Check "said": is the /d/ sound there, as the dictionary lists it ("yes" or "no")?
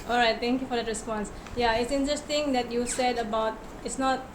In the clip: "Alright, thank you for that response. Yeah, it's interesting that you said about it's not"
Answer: yes